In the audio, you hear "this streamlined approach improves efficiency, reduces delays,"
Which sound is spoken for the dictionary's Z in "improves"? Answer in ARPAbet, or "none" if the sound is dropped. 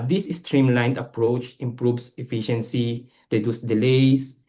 S